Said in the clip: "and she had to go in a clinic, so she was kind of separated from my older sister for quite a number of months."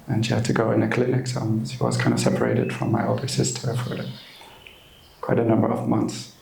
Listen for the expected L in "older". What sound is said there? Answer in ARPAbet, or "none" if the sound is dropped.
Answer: L